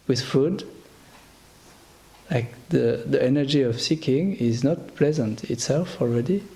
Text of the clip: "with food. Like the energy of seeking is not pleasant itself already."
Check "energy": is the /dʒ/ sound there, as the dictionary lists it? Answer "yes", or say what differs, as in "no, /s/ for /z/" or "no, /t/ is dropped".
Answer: yes